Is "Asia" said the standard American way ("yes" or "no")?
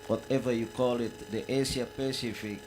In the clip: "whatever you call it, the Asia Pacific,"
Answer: no